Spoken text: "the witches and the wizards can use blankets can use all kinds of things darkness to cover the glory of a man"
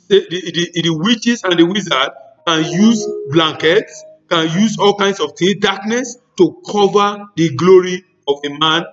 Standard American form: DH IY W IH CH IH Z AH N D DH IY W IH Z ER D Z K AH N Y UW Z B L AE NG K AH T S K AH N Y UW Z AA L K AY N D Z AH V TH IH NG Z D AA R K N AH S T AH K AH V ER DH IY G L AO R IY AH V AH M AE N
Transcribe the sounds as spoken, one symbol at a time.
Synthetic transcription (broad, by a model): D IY W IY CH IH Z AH N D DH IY W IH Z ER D K AH N Y UW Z B L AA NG K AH T S K AH N Y UW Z AA L K AY N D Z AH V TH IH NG D AA K N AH S T AH K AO V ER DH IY G L AO R IY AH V AH M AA N